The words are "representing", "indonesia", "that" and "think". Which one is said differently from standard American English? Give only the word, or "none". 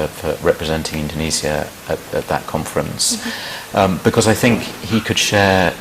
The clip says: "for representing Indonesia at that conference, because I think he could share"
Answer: indonesia